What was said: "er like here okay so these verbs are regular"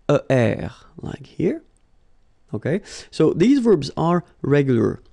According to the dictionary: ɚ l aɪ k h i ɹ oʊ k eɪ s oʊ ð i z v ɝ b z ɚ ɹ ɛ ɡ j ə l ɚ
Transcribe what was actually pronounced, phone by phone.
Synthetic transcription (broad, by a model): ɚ l aɪ k h i ɹ oʊ k eɪ s oʊ ð i z v ɝ b z ɚ ɹ ɛ ɡ j l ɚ